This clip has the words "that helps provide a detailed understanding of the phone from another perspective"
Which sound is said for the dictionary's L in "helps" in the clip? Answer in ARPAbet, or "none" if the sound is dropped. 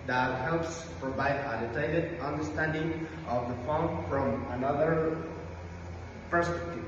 L